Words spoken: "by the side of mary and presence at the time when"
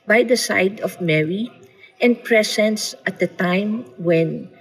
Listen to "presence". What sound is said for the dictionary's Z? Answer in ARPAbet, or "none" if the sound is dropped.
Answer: S